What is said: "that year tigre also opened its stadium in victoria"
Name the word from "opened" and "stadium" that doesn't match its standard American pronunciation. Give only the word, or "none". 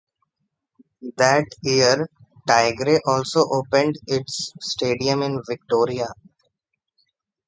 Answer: none